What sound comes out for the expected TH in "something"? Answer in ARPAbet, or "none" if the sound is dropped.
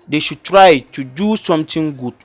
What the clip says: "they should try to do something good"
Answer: T